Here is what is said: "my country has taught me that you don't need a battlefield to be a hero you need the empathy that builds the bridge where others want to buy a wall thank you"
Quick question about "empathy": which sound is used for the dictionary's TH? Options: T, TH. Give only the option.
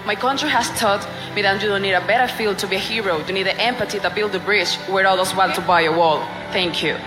T